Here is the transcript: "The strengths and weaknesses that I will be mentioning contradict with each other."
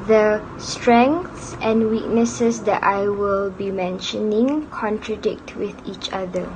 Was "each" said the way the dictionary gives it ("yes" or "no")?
yes